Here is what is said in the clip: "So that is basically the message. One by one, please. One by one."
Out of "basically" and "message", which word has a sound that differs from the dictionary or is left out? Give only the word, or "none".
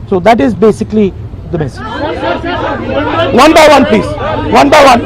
none